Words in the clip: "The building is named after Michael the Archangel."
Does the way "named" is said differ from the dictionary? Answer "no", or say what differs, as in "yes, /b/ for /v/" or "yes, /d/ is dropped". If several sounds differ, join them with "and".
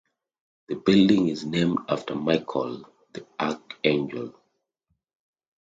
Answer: no